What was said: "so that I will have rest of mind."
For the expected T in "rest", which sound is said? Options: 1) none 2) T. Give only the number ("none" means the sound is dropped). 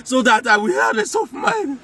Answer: 1